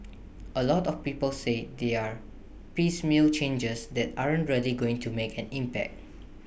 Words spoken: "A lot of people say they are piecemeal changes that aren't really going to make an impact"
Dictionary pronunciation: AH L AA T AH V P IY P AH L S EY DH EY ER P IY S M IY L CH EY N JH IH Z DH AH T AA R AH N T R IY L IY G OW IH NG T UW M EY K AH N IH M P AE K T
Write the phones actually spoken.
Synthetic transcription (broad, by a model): AH L AA T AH F P IY P AH L S EY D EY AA P IY S M IY L CH EY N JH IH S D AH T AA R AH N T R IY L IY G OW IH NG T UW M EY K AH N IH M P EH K T